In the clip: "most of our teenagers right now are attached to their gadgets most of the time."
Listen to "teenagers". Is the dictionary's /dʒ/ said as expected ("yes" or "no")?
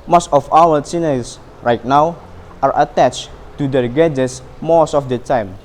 no